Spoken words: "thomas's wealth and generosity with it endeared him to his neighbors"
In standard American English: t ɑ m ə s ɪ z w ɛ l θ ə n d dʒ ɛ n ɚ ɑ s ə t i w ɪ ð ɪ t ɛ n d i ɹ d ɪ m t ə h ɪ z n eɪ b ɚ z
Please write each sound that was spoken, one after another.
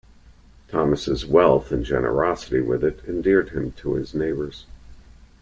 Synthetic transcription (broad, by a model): t ɑ m ə s ɪ z w ɛ l θ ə n dʒ ɛ n ɚ ɑ s ə t i w ɪ ð ɪ t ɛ n d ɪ ɹ d ɪ m t ə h ɪ z n eɪ b ɚ z